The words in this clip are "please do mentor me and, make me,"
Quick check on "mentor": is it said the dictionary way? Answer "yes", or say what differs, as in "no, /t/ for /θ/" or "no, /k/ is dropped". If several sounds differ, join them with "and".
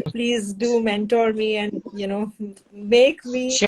yes